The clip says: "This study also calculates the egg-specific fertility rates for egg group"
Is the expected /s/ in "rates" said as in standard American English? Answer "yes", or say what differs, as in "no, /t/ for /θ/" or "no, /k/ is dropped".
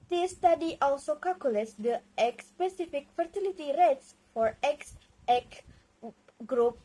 yes